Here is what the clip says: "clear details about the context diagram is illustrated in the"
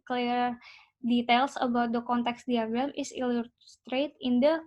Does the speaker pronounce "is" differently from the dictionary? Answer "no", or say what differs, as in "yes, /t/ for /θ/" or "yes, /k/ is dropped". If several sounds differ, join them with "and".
yes, /s/ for /z/